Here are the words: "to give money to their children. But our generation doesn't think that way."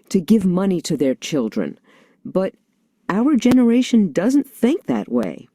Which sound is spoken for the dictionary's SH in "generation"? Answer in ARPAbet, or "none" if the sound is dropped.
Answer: SH